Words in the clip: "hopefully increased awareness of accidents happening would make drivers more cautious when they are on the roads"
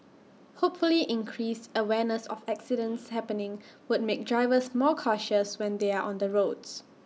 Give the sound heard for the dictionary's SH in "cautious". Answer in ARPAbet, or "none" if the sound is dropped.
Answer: SH